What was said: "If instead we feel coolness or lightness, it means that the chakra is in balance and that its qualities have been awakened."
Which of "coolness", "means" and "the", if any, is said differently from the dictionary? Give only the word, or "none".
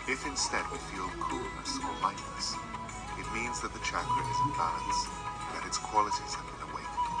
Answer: none